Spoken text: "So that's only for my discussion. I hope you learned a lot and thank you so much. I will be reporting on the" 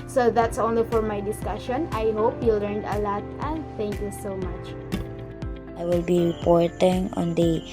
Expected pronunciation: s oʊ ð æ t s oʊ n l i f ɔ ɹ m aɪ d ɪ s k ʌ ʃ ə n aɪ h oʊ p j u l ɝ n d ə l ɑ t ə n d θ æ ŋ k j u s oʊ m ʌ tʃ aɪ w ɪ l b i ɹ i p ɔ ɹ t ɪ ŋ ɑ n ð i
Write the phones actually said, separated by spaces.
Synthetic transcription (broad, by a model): s oʊ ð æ t s oʊ n l i f ɔ ɹ m aɪ d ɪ s k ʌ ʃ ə n aɪ h oʊ p j u l ɝ n d ə l ɑ t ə n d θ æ ŋ k j u s oʊ m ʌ tʃ aɪ w ɪ l b i ɹ i p ɔ ɹ t ɪ ŋ ɑ n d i